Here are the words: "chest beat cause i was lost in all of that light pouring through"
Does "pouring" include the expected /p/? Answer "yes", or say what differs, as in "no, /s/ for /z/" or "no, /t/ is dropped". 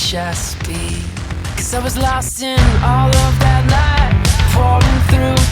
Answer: no, /f/ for /p/